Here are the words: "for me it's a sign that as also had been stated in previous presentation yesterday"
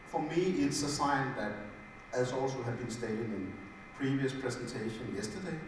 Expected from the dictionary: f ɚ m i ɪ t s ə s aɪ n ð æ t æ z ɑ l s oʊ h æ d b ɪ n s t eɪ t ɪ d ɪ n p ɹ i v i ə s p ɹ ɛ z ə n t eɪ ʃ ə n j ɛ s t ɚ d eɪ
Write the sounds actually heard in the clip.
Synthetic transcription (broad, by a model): f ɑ m i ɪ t s ə s aɪ n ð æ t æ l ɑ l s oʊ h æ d b ɪ n s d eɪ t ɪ ɪ n p ɹ i v i ə s p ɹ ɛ s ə n s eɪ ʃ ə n j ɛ s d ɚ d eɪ